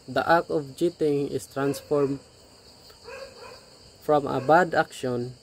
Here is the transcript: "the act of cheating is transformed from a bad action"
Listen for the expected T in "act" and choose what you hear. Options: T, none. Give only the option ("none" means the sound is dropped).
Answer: none